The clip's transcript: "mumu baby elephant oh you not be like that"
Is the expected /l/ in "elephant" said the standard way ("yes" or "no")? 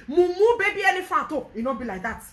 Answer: no